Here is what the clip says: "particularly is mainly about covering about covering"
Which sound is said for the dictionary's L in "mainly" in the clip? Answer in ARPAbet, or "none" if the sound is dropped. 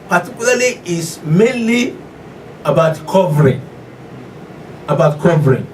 L